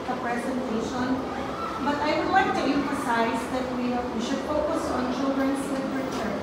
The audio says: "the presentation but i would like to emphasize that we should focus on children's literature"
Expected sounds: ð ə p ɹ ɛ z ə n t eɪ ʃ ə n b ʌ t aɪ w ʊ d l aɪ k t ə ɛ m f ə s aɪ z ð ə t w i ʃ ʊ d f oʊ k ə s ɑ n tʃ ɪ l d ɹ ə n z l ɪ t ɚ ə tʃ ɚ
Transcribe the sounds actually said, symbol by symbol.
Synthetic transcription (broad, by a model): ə p ɹ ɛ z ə n t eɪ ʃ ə n b ʌ t aɪ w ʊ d w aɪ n t ə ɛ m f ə s aɪ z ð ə t w i ʃ ʊ d f oʊ k ə s ɑ n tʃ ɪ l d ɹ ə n s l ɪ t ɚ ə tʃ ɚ